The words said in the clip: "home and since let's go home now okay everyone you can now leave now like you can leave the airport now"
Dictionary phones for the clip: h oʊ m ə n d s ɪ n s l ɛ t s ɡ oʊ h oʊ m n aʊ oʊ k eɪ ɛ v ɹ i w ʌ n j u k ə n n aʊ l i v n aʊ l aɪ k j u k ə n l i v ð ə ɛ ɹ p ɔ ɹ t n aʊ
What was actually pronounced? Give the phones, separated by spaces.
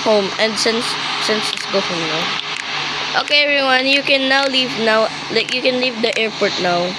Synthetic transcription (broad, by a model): h oʊ m ə n d s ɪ n s n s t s ɡ oʊ h oʊ m n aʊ oʊ k eɪ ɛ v ɹ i w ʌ n j u k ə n n aʊ l i v n aʊ l aɪ k j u k ə n l i v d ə ɛ ɹ p ɔ ɹ t n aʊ